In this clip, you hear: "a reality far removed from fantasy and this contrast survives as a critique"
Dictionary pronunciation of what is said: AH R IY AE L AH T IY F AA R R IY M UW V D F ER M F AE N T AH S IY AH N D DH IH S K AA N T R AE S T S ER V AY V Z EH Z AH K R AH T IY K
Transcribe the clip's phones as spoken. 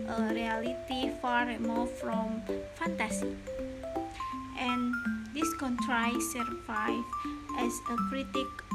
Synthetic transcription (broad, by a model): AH R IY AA L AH T IY F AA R R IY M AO F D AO M F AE N T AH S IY AH N D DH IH S K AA N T R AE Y S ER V AY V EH S AH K R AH T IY K